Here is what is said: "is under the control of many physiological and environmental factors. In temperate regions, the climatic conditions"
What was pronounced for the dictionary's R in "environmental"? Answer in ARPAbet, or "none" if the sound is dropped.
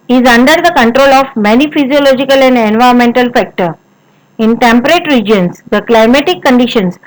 none